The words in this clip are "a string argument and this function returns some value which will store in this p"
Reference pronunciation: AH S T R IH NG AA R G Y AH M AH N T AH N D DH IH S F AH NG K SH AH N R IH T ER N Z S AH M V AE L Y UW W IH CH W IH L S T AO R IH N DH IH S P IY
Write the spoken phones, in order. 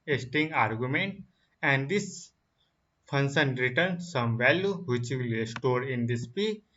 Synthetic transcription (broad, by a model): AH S T IH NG AA R G Y AH M AH N T AH N D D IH S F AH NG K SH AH N R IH T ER N S AH M V AE L Y UW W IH CH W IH L S T AO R IH N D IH S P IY